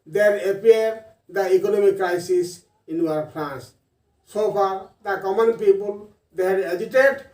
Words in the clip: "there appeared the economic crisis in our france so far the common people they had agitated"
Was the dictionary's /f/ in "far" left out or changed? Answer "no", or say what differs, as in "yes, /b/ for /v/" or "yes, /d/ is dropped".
yes, /p/ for /f/